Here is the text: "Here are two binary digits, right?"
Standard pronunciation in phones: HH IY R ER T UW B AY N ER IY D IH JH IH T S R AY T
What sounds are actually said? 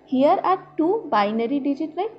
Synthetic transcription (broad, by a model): HH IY R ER T UW B AY N ER IY D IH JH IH T R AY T